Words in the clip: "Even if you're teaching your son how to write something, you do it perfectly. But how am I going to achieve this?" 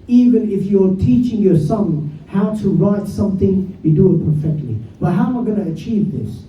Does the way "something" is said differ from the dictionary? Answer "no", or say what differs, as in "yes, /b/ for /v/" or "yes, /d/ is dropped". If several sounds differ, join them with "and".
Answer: no